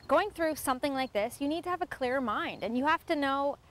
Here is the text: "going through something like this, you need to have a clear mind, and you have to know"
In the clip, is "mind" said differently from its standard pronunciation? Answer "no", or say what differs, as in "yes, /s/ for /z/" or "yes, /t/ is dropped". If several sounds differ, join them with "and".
no